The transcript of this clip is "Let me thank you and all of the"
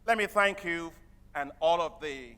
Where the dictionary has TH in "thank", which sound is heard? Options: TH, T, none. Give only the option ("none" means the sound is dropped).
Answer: TH